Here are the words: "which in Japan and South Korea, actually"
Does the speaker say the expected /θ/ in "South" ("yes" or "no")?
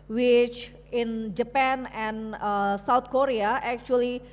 no